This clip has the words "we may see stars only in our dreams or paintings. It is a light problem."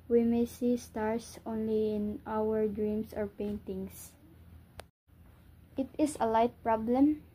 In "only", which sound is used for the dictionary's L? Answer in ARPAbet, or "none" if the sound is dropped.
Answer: L